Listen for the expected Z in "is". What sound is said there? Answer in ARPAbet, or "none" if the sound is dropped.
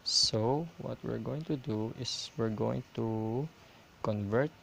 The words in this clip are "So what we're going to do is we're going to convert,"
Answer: S